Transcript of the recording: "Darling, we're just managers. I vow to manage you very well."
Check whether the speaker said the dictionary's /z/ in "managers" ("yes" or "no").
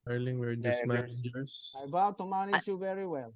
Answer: no